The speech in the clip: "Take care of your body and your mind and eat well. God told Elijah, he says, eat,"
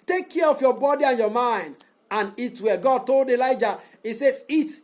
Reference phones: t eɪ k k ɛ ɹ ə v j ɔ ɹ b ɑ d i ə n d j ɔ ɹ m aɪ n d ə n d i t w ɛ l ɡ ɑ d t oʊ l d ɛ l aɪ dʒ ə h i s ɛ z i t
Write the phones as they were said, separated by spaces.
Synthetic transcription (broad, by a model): t eɪ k k ɛ ɹ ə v j ɔ b ɑ d i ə n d j ɔ m aɪ n d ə n i t w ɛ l ɡ ɑ d t oʊ l d ɛ l aɪ dʒ ə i s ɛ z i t